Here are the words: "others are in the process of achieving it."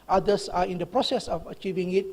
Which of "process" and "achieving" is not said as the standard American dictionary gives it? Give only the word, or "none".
none